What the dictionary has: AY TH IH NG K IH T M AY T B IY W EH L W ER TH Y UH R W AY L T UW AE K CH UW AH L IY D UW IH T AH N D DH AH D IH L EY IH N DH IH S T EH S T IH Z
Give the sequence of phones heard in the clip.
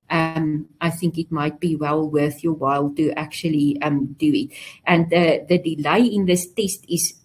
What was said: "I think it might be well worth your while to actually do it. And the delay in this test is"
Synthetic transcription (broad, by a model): AY TH IH NG K IH T M AY T B IY W EH L W ER TH Y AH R W AY L T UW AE K CH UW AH L IY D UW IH T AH N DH DH AH D IH L EY IH N DH IH S T EH S T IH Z